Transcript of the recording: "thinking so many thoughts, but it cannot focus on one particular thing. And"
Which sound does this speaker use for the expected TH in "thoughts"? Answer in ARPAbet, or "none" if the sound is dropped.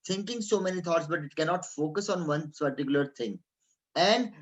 T